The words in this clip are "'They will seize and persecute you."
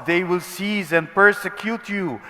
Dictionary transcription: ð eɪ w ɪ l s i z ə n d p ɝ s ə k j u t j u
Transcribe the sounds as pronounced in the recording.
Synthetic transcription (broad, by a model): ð eɪ w ɪ l s i z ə n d p ɝ s ə k j u t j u